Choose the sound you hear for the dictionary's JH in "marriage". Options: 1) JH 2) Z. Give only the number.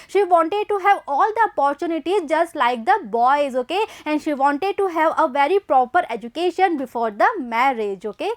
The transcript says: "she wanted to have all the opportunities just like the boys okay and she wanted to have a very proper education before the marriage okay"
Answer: 1